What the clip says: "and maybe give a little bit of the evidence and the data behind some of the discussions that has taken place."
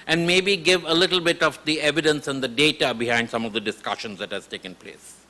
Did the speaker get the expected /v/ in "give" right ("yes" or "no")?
yes